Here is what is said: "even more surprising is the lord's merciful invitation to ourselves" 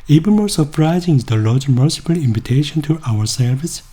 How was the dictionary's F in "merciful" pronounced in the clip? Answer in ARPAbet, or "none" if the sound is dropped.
P